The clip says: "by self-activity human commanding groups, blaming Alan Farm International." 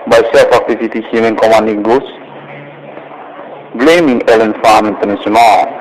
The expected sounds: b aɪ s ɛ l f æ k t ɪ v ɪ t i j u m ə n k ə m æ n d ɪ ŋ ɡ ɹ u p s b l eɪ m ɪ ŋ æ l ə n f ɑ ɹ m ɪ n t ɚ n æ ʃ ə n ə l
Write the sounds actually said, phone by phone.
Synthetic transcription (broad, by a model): b aɪ s ɛ l f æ k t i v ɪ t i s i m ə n k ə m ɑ n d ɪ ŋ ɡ u s b l eɪ m ɪ ŋ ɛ l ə n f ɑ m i n t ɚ n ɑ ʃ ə n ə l